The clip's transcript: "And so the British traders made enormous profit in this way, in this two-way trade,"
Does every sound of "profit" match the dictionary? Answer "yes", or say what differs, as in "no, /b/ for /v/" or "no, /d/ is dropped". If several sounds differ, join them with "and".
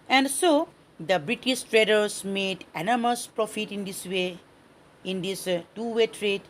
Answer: yes